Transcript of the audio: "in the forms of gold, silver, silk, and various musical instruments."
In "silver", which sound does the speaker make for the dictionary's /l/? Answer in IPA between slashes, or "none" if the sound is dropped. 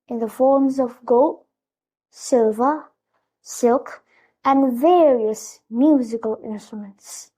/l/